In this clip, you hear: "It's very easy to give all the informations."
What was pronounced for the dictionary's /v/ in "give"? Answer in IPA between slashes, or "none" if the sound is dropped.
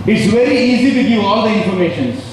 none